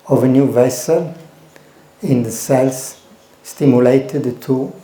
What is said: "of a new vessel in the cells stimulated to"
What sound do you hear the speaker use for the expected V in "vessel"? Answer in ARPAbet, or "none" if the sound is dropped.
V